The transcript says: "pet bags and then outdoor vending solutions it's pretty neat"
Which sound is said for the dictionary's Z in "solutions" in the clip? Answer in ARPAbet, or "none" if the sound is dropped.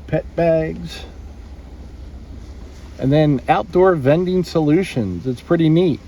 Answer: Z